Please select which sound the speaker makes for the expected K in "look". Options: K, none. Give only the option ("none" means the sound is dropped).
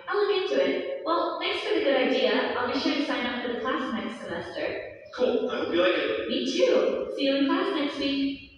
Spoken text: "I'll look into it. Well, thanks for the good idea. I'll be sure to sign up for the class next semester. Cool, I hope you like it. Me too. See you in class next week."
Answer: none